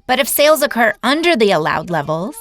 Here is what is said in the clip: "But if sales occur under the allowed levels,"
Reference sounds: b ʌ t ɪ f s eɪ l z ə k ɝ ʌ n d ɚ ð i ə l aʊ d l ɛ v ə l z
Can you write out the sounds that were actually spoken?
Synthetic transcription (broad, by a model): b ʌ t ɪ f s eɪ l z ə k ɝ ʌ n d ɚ ð i ə l aʊ d l ɛ v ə l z